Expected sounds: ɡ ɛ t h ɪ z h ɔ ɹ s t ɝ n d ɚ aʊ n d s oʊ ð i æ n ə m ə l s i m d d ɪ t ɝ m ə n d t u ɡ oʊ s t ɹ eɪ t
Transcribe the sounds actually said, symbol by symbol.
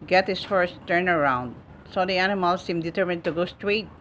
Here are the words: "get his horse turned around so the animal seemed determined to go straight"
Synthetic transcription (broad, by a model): ɡ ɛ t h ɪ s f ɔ ɹ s t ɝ n ɚ aʊ n d s oʊ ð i æ n ə m ə l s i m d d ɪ t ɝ m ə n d t u ɡ oʊ s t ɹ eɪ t